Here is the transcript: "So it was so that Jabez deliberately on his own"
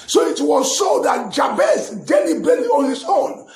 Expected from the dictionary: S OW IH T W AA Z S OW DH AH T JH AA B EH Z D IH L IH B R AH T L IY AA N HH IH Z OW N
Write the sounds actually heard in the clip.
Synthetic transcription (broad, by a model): S OW IH T W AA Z S OW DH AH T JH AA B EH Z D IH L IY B AH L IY AA N HH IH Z OW N